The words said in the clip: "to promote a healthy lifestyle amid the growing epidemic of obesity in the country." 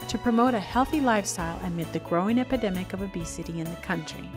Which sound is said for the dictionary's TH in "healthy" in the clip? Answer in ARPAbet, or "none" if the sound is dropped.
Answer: TH